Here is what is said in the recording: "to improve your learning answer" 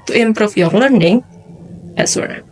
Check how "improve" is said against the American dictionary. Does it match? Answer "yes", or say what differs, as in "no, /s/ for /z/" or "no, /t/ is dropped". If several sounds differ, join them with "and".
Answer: no, /f/ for /v/